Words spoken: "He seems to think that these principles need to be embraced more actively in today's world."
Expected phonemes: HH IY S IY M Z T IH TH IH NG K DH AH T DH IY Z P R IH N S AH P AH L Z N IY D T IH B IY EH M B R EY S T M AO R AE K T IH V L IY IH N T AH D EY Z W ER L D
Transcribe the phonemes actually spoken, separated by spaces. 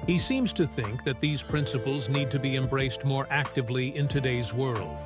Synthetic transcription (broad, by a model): HH IY S IY M Z T IH TH IH NG K DH AH T DH IY Z P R IH N S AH P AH L Z N IY D T IH B IY EH M B R EY S T M AO R AE K T IH V L IY IH N T AH D EY Z W ER L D